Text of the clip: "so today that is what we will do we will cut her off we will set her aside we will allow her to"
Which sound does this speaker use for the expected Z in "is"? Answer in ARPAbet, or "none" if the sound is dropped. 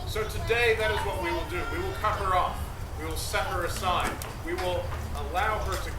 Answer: Z